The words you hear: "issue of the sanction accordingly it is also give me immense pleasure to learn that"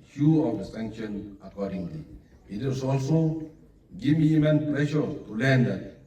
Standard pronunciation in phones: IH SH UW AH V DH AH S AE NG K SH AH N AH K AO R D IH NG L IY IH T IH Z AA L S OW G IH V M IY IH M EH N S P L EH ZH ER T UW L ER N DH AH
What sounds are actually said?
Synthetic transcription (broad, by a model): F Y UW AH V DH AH S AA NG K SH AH N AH K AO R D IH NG L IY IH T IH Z AA L S OW G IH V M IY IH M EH N P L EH SH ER T UW L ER N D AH